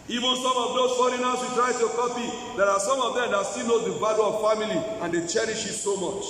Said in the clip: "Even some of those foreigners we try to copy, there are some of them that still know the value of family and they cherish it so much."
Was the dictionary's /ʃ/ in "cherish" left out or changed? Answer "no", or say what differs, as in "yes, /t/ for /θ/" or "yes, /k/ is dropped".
no